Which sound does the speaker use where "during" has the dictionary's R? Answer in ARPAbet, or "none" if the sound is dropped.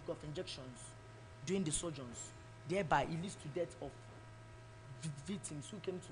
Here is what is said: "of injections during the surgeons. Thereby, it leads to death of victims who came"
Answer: none